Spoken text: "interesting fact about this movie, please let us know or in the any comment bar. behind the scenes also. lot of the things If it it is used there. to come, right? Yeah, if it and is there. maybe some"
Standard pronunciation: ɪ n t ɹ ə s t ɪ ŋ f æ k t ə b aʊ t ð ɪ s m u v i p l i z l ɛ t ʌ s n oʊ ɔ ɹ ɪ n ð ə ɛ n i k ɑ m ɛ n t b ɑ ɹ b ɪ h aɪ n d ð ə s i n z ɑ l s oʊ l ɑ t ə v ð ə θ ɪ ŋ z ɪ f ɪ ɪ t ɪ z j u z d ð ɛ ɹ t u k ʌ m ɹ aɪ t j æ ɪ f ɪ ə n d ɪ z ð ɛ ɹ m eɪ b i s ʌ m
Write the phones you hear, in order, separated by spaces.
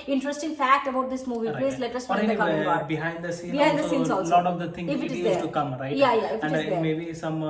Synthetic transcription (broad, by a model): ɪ n t ɹ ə s t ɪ ŋ f æ k t ə b aʊ t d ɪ s m u v i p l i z l ɛ t ʌ s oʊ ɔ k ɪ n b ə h ɑ ɛ n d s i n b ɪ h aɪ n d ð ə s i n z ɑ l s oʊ l ɑ t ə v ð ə t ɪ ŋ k ɪ f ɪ ɪ t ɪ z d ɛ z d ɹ t u k ʌ m ɹ aɪ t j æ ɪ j ɪ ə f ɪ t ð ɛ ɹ m eɪ b i s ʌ m